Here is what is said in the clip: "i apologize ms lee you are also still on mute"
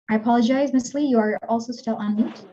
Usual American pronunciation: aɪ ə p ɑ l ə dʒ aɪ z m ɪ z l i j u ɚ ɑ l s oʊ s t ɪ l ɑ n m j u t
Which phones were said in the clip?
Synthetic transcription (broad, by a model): aɪ ə p ɑ l ə dʒ aɪ z m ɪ s l i j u ɚ ɑ l s oʊ s t ɪ l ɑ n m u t